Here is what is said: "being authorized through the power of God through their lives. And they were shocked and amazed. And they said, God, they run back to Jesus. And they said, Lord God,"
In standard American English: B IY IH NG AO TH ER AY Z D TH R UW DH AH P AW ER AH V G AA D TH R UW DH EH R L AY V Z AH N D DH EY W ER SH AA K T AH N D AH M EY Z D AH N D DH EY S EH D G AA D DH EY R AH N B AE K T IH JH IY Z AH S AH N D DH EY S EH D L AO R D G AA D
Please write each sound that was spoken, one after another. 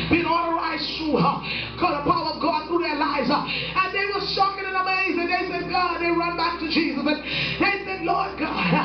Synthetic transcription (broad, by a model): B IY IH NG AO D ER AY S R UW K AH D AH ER AH V G AA D TH R UW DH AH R L AY V Z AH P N DH EY W ER S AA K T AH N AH M EY Z AH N DH EY S EH D G AA D DH EY R AH N B AE K T IH JH IY Z AH S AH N DH EY S EH D L AO R D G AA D